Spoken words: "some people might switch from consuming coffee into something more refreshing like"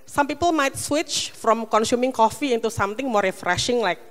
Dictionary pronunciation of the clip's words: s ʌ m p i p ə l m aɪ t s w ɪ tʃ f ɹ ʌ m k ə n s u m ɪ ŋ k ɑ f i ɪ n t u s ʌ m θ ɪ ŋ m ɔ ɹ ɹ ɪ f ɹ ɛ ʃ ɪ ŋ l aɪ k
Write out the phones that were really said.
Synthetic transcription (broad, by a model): s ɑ m p i p ə l m aɪ t s w ɪ tʃ f ɹ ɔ m k ə n s u m ɪ ŋ k ɑ f i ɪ n t u s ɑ m t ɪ ŋ m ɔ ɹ ɹ ɪ f ɹ ɛ ʃ ɪ ŋ l aɪ k